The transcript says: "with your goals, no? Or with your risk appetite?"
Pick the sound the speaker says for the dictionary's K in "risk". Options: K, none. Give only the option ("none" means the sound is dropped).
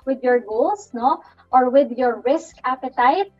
K